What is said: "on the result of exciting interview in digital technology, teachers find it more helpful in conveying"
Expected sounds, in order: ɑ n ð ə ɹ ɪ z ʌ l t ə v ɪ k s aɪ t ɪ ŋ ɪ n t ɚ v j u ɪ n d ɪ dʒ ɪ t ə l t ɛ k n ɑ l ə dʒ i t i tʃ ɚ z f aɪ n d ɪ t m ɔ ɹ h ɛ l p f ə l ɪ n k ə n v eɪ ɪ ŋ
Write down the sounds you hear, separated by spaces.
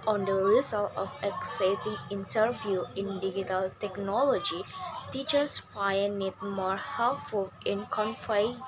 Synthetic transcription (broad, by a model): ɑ n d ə ɹ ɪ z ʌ l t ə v ɪ k s aɪ t ɪ ŋ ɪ n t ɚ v j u ɪ n d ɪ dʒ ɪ t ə l t ɛ k n ɑ l ə dʒ i t i tʃ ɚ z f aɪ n ɪ t m ɔ ɹ h ɛ l p f ə l ɪ n k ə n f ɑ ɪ